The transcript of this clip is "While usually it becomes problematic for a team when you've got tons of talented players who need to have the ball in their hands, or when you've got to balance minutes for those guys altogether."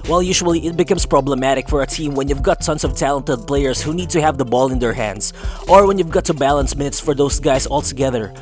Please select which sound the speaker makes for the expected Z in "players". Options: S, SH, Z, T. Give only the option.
S